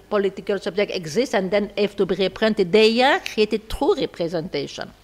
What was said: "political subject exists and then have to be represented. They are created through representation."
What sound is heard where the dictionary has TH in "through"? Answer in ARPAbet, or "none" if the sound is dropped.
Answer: T